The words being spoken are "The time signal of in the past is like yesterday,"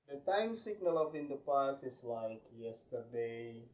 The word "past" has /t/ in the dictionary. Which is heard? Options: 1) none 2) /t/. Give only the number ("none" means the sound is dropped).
1